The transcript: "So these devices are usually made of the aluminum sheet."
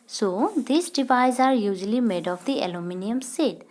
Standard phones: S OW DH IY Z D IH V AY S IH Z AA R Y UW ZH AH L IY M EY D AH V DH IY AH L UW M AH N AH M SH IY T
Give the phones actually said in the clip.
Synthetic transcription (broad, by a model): S OW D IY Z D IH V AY IH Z AA R Y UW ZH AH L IY M EY D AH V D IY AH L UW M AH N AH M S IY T